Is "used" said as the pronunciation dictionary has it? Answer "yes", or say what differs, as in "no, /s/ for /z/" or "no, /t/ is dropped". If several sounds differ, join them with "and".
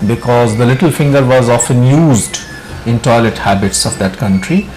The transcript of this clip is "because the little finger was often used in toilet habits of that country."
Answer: yes